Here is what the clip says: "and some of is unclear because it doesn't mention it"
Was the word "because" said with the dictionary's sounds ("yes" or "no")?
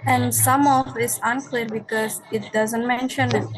yes